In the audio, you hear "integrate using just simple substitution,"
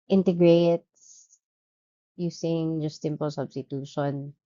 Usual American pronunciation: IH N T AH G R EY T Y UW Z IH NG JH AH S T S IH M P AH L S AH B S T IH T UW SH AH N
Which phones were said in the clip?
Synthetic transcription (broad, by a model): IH N T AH G R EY T Y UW S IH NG JH AH S T S IH M P AH L S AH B S T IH T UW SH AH N